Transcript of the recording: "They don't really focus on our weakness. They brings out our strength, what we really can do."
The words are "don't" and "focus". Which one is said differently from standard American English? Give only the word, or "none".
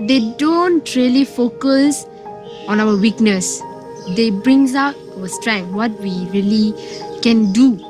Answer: none